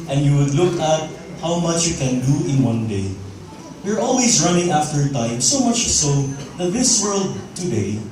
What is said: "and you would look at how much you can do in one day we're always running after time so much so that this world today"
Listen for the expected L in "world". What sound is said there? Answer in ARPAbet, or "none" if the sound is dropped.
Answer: L